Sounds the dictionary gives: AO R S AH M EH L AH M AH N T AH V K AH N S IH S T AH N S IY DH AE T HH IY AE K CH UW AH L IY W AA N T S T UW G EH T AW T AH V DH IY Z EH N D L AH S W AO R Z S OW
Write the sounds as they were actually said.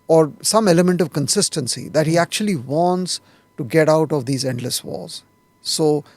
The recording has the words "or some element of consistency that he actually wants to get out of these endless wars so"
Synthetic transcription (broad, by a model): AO R S AH M EH L AH M AH N T AH V K AH N S IH S T AH N S IY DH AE T HH IY AE K CH UW AH L IY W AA N T S T UW G EH T AW T AH V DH IY Z EH N D L AH S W AO L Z S OW